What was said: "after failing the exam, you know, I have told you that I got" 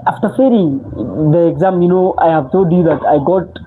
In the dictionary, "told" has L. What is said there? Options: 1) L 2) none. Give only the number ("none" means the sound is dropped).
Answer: 2